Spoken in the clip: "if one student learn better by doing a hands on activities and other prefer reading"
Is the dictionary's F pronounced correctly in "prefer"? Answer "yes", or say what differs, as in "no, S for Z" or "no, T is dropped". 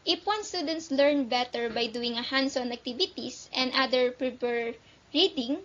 no, P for F